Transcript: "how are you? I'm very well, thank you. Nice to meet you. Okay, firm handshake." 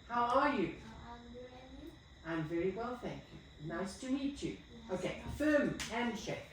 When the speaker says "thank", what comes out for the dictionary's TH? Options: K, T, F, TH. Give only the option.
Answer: TH